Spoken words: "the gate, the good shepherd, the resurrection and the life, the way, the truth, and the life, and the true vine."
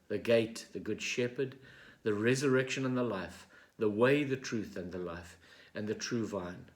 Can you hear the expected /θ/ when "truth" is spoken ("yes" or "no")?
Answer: yes